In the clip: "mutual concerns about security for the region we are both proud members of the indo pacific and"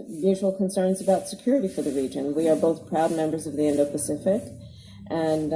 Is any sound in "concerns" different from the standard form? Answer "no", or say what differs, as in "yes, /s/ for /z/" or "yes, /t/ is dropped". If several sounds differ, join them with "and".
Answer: no